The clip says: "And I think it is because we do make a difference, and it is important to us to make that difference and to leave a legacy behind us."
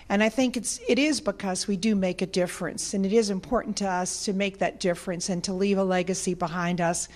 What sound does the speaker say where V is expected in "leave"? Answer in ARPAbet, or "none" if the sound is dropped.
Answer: V